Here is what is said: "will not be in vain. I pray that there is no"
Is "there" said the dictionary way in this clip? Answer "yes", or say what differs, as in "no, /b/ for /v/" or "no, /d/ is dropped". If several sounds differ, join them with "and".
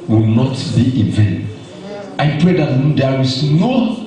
no, /w/ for /ɹ/